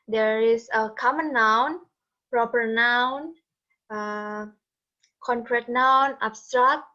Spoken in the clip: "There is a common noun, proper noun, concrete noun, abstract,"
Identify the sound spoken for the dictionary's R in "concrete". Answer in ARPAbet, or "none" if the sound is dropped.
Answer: R